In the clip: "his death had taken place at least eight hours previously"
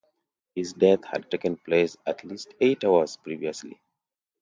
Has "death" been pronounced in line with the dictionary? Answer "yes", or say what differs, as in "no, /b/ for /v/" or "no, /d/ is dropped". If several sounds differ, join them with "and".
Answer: no, /t/ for /θ/